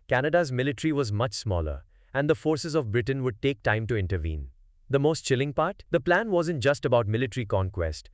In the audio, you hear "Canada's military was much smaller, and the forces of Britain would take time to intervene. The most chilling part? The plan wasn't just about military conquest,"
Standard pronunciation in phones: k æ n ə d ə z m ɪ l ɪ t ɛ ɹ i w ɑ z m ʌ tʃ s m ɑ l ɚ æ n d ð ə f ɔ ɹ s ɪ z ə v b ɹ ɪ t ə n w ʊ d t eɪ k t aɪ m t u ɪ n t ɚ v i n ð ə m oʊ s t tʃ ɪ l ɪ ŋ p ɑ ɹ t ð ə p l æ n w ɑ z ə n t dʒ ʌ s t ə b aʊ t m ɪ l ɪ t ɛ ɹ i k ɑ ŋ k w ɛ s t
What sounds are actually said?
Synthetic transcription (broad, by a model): k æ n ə d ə z m ɪ l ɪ t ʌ ɹ i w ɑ z m ʌ tʃ s m ɑ l ɚ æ n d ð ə f ɔ ɹ s ɪ z ə v b ɹ ɪ t ə n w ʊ d t eɪ k t aɪ m t u ɪ n t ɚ v i n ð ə m oʊ s t tʃ ɪ l ɪ ŋ p ɑ ɹ t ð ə p l æ n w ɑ z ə n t dʒ ʌ s t ə b aʊ t m ɪ l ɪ t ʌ ɹ i k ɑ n k w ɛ s t